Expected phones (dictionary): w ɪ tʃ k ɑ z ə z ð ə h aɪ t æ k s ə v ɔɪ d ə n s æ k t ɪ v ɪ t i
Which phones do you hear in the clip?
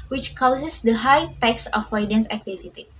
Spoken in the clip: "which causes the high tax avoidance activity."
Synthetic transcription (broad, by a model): w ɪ tʃ k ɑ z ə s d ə h aɪ t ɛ k s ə f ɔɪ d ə n s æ k t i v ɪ t i